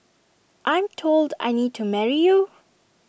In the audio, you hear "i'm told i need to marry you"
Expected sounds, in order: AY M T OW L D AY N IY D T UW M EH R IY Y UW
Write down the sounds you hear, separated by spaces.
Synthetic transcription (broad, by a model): AY M T OW L D AY N IY D T UW M EH R IY Y UW